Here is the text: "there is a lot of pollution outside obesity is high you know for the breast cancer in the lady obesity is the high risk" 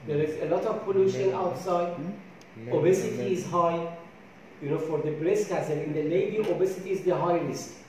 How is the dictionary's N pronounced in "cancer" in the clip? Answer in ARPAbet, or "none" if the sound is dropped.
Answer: none